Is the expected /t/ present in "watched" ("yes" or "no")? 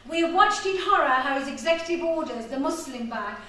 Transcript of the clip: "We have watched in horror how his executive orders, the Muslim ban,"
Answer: yes